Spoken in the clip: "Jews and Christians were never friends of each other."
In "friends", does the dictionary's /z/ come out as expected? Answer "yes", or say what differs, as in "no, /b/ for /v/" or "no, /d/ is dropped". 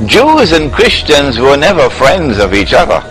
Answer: yes